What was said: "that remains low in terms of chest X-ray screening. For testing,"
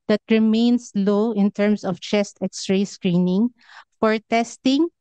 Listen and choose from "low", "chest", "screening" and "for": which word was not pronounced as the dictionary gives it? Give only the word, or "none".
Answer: none